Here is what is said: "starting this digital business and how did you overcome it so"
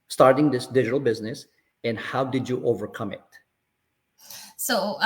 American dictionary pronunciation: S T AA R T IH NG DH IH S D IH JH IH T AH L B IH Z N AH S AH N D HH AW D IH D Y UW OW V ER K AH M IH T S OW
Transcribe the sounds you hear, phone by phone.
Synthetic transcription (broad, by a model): S T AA R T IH NG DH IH S D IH JH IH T L B IH Z N AH S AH N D HH AW D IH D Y OW V ER K AH M IH T S OW